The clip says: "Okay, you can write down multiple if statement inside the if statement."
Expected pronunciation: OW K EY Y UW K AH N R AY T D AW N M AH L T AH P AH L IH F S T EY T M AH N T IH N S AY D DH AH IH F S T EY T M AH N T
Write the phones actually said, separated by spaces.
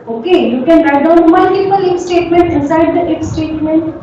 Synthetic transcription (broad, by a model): OW K EY Y UW K AH N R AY D AW N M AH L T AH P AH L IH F S T EY T M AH N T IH S AY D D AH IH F S T EY T M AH N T